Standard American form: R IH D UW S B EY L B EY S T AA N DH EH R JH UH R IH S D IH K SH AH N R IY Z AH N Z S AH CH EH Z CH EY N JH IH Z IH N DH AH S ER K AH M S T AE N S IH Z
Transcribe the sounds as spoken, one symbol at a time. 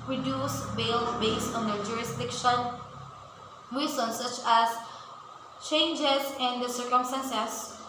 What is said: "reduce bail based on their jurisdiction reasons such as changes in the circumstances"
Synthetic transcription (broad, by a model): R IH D UW S B EY L B EY S T AA N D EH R JH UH R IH S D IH K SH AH N W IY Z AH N S AH CH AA S CH EY N JH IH S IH N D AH S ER K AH M S T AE N S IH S